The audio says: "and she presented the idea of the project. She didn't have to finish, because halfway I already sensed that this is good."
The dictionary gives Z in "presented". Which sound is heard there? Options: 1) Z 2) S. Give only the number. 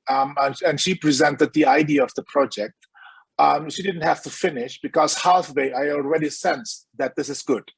1